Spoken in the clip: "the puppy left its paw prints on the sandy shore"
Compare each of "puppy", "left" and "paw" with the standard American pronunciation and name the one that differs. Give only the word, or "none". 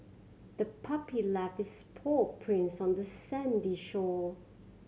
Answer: left